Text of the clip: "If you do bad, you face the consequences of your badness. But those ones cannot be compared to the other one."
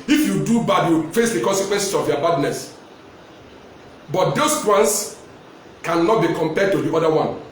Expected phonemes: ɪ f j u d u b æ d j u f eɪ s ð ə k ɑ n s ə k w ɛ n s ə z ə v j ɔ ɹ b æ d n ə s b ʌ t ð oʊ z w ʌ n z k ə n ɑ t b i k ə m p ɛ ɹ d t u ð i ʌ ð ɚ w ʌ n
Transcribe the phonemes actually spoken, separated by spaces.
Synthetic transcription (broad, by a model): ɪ f j u d u b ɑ d j u f eɪ s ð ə k ɑ n s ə k w ɛ n s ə s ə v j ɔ b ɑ d n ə s b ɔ t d oʊ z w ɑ n s k ə n ɑ t b i k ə m p ɛ d t u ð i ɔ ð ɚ w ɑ n